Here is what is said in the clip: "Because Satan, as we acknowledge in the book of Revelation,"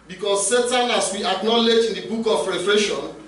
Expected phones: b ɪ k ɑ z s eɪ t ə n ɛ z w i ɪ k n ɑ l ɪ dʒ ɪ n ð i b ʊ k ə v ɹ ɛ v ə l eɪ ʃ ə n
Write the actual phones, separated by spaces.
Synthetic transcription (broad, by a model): b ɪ k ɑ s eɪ t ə n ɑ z w i ɪ k n ɑ l ɪ dʒ ɪ n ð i b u k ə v ɹ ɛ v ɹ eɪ ʃ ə n